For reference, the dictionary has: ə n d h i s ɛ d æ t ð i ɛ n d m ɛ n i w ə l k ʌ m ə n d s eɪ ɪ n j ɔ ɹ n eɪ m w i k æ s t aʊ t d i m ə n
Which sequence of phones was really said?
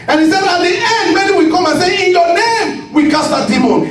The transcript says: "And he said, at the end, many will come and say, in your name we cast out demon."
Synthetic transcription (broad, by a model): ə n h i s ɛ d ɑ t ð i ɛ n d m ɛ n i w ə k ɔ m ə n s eɪ ɪ n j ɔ n eɪ m w i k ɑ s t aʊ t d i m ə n